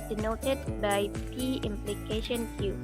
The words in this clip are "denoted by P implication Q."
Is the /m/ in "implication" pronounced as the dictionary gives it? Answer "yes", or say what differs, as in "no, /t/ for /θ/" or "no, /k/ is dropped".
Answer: yes